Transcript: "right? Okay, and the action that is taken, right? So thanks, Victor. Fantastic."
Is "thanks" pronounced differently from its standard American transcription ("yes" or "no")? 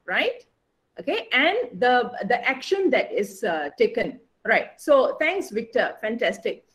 yes